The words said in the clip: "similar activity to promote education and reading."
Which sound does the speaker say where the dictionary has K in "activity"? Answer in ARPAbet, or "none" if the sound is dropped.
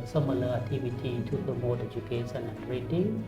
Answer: none